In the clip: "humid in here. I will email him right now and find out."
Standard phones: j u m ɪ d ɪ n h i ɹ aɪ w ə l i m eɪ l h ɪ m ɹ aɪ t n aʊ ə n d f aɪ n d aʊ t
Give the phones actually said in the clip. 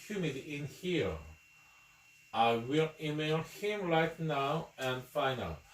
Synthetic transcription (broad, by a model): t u m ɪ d ɪ n h i ɹ aɪ w ə l i m eɪ l h ɪ m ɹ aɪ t n aʊ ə n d f aɪ n aʊ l